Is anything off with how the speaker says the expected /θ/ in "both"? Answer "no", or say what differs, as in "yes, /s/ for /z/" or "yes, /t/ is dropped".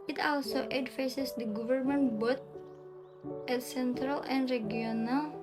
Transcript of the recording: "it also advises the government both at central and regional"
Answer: yes, /t/ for /θ/